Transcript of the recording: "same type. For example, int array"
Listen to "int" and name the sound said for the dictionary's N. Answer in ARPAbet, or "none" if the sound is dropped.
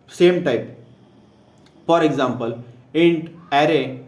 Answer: N